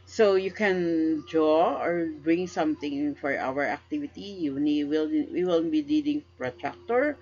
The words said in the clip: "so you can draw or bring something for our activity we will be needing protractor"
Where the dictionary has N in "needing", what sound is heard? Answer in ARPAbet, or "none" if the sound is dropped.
L